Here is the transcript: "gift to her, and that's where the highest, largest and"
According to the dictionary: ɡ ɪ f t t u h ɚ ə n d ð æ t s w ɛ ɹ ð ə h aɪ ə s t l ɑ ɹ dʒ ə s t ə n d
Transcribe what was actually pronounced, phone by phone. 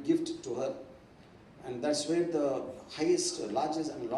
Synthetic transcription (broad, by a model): ɡ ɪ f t t u h ɚ ə n d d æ t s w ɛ ɹ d ə h aɪ ə s t l ɑ ɹ dʒ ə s ə n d